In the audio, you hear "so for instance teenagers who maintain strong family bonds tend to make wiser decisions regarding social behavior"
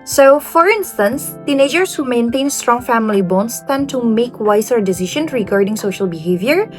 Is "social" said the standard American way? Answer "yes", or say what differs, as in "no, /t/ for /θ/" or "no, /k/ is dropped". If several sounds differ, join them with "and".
yes